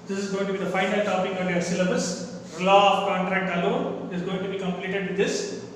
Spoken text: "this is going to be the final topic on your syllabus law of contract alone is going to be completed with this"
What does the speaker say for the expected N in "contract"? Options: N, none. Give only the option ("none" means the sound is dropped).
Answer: N